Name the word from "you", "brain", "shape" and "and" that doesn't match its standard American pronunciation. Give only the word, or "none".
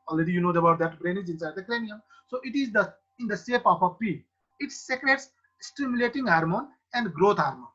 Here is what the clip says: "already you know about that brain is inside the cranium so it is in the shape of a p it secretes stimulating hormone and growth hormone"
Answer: shape